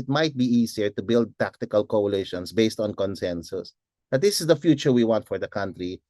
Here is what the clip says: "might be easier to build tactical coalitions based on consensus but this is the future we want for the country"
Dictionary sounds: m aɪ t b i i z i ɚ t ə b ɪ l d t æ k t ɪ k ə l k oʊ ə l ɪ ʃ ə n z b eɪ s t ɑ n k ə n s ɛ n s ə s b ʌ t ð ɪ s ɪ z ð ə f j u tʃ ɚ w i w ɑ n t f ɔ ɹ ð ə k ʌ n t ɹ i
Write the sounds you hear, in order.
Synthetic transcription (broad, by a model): m aɪ t b i i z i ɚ t ə b ɪ l d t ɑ k t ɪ k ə l k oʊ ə l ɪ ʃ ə n s b eɪ s t ɑ n k ə n s ɛ n s ə s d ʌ t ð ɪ s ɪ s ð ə f j u tʃ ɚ w i w ɑ n t f ɔ ɹ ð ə k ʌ n t ɹ i